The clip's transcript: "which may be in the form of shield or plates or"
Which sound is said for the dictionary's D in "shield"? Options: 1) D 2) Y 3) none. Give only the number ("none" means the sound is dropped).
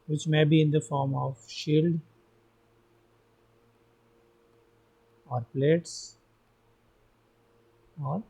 1